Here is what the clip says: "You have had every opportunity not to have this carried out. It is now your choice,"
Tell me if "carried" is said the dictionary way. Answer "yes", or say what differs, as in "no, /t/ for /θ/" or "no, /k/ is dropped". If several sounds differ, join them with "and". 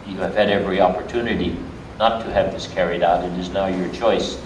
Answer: yes